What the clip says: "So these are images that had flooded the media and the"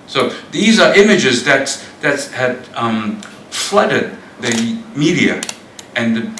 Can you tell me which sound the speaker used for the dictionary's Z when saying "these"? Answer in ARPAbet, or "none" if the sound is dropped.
Z